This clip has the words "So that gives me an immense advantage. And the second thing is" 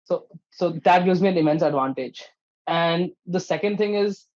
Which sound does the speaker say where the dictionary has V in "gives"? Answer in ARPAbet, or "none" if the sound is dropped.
none